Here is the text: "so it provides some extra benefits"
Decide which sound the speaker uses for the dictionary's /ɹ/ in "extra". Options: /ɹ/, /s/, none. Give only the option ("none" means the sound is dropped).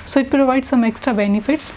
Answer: /ɹ/